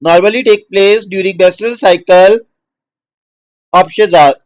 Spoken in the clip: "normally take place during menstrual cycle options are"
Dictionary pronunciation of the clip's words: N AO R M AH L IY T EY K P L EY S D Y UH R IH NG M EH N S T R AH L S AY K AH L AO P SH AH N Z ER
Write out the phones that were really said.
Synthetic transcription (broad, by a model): N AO R M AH L IY T EY K P L EY S D Y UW R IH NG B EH S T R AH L S AY K AH L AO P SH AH Z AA